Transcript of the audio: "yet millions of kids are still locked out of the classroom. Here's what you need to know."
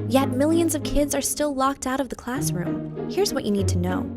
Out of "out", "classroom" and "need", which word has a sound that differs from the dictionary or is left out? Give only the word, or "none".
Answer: none